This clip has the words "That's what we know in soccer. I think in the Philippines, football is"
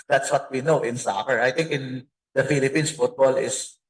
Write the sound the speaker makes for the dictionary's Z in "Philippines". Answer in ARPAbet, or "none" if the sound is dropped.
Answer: S